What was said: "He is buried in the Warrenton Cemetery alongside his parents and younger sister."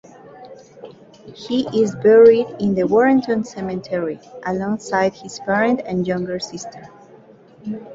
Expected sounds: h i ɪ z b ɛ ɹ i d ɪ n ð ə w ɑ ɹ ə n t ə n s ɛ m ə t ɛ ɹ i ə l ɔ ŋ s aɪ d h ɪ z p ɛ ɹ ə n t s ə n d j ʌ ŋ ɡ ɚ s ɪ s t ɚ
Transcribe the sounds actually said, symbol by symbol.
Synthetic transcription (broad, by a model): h i ɪ z b ɛ ɹ i d ɪ n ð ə w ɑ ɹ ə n t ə n s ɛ m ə t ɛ ɹ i ə l ɔ ŋ s aɪ d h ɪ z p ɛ ɹ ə n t ə n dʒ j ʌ ŋ ɡ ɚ s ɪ s t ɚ